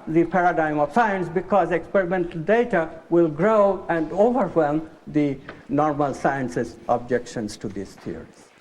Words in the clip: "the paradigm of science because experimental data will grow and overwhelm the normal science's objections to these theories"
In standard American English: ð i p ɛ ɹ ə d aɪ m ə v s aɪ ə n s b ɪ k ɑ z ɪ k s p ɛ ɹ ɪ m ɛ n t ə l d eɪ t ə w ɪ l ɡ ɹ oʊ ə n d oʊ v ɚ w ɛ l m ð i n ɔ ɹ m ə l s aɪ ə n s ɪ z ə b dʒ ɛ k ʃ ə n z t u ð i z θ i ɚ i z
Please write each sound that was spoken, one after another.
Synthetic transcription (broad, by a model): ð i p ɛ ɹ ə d aɪ m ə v s aɪ ə n s b ɪ k ɑ z ɪ k s p ɛ ɹ ɪ m ɛ n t ə l d eɪ t ə w ɪ l ɡ ɹ oʊ ə n d oʊ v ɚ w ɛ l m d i n ɔ ɹ m ə l s aɪ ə n s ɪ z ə b dʒ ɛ k ʃ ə n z t u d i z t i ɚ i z